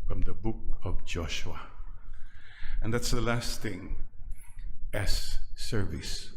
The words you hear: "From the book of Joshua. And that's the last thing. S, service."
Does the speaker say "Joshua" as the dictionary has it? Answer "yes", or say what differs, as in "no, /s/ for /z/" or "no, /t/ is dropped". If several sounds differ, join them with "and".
yes